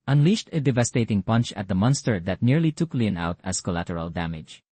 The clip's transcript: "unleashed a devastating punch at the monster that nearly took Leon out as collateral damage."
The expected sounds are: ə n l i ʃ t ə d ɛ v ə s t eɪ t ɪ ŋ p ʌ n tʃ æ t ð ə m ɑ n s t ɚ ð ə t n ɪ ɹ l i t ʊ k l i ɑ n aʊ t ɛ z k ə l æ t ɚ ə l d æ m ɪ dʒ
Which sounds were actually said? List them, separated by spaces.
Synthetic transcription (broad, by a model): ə n l i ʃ t ə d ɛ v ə s t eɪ t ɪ ŋ p ʌ n tʃ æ t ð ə m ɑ n s t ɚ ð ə t n ɪ ɹ l i t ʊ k l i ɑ n aʊ t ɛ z k ə l æ t ɚ ə l d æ m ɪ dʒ